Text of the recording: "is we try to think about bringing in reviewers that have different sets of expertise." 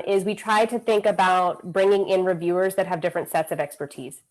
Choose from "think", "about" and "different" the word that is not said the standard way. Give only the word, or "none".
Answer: none